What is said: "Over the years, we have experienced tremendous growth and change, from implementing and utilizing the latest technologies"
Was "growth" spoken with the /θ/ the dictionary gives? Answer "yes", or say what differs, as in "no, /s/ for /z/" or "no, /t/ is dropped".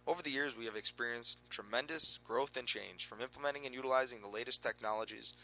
yes